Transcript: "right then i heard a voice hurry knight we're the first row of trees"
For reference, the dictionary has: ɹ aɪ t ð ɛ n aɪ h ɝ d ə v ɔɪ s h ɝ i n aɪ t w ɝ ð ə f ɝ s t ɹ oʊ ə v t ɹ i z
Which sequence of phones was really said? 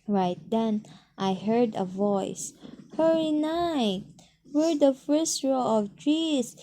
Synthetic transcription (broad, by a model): ɹ aɪ t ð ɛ n aɪ h ɝ d ə v ɔɪ s h ɝ i n aɪ t w ɝ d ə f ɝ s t ɹ oʊ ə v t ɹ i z